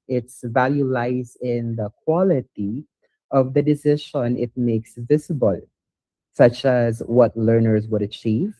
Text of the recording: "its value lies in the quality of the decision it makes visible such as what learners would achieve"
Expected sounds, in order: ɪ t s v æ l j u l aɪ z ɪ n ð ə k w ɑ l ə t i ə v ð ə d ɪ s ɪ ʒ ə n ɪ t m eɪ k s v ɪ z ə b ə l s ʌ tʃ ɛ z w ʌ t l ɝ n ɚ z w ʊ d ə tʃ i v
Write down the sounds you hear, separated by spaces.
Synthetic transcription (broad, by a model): ɪ t s v æ l j u l aɪ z ɪ n ð ə k w ɑ l ə t i ə v ð ə d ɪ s ɪ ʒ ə n ɪ t m eɪ k s v ɪ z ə b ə l s ʌ tʃ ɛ z w ʌ t l ɝ n ɚ z w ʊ d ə tʃ i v